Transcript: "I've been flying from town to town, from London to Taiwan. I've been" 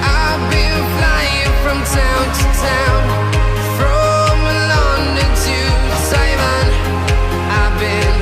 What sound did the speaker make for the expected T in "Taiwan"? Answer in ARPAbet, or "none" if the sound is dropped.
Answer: S